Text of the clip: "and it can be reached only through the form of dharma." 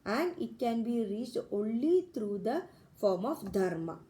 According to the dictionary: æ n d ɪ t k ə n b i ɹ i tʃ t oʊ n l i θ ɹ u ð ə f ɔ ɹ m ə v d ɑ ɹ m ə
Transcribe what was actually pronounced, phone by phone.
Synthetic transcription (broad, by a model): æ n d ɪ t k ə n b i ɹ i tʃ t oʊ n l i t ɹ u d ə f ɔ ɹ m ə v d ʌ ɹ m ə